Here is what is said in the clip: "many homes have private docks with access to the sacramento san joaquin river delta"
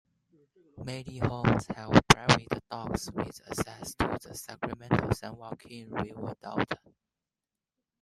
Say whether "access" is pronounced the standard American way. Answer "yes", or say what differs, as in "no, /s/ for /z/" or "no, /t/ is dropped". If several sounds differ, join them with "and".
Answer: no, /k/ is dropped